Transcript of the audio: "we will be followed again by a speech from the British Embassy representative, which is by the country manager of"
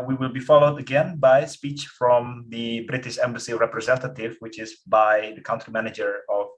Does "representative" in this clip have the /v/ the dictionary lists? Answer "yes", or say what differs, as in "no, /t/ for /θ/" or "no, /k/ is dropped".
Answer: yes